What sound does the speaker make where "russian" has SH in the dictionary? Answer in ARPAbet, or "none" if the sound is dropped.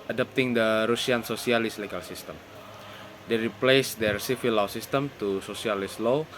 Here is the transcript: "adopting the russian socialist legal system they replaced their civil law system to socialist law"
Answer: S